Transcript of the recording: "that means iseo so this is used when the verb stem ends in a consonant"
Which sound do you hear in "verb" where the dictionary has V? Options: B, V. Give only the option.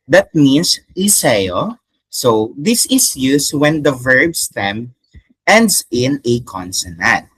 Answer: V